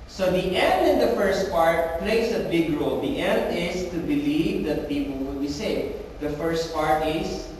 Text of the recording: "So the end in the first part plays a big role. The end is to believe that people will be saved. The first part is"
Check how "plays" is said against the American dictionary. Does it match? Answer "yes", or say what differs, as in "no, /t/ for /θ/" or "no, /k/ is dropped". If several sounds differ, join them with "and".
no, /s/ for /z/